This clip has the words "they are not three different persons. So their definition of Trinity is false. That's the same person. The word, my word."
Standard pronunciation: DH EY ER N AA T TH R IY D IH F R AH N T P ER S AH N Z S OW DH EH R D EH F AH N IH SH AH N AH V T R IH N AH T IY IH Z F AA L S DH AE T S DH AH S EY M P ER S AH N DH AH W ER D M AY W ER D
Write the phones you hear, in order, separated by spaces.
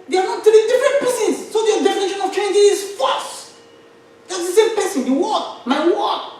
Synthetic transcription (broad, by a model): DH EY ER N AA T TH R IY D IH F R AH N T P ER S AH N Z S OW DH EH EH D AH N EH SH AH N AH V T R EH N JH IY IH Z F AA S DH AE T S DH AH S EY M P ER S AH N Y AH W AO M AY W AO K